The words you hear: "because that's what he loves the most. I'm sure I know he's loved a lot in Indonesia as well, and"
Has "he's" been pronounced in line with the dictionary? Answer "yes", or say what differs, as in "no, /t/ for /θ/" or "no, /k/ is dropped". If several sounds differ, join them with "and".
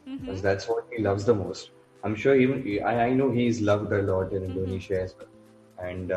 yes